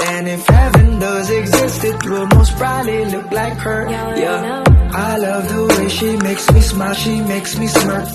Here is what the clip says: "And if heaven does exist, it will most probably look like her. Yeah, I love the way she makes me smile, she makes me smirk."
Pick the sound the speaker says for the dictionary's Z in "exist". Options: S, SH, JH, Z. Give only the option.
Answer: Z